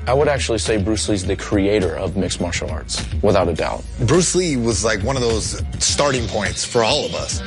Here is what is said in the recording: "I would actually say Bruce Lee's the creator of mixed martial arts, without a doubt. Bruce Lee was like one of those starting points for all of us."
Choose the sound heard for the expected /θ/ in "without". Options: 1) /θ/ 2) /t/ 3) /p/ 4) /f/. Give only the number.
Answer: 1